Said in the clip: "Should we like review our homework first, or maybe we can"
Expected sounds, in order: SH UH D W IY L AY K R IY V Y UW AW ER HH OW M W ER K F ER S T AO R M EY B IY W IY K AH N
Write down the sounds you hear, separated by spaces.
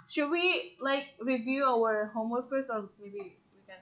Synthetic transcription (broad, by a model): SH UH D W IY L AY K R IY V Y UW AW ER HH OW M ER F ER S AO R M EY B IY W IY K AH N